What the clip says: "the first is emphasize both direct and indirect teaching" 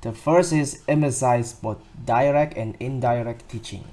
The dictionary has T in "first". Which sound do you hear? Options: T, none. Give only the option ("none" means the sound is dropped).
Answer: none